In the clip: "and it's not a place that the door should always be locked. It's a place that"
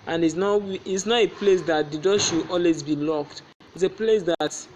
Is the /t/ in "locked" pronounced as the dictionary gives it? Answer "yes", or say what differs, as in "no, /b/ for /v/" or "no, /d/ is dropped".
yes